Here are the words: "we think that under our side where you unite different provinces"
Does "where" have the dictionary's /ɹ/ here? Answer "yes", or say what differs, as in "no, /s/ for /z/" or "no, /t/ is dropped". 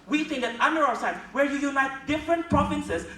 yes